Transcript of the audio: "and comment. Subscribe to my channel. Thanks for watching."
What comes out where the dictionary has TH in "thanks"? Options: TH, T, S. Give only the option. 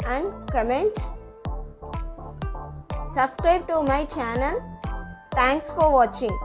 T